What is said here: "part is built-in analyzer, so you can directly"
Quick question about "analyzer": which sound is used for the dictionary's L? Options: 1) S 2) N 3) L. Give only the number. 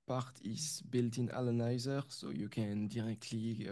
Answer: 2